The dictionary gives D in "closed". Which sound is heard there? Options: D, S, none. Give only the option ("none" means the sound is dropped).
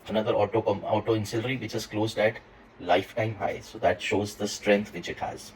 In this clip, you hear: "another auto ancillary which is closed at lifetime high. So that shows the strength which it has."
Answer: D